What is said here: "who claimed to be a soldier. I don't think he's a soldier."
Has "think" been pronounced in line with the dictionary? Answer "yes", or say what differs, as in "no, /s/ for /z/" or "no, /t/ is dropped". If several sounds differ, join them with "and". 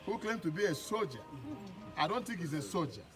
no, /t/ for /θ/